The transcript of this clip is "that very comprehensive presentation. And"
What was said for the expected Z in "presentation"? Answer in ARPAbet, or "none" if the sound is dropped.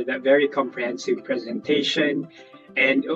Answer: Z